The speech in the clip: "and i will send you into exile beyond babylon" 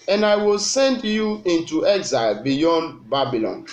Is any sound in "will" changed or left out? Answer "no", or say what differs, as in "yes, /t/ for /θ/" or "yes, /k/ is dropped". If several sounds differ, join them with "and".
no